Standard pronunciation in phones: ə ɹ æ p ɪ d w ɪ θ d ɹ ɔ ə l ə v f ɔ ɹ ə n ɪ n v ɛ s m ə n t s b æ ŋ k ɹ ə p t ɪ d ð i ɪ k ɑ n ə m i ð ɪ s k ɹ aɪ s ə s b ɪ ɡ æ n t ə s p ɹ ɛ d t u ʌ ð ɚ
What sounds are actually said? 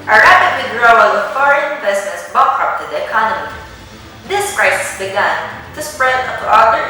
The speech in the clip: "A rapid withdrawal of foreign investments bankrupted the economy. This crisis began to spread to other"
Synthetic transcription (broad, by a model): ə ɹ æ p ɪ d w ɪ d ɹ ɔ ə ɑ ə f ɔ ɹ ə n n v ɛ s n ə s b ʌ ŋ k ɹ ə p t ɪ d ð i ɪ k ɑ n ə m i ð ɪ s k ɹ aɪ s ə s b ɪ ɡ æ n t ə s p ɹ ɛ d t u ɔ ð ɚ